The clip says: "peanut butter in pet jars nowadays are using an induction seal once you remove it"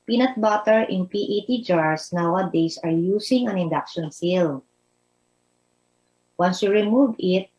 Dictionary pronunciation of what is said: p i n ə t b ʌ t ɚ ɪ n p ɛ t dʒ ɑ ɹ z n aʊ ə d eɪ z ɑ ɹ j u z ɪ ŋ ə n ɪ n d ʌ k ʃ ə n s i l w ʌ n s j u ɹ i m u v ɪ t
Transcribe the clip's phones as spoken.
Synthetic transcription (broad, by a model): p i n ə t b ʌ t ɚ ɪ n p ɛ t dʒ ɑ ɹ s n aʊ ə d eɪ s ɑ ɹ j u s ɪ ŋ ə n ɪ n d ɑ k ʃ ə n s i l w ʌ n s j u ɹ i m u v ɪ t